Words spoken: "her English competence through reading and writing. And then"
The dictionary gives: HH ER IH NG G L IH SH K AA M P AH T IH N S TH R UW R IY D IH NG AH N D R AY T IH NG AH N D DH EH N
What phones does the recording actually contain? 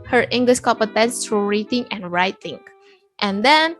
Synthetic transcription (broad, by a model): HH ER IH NG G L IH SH K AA P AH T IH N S T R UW R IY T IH NG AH N R AY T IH NG AH N D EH N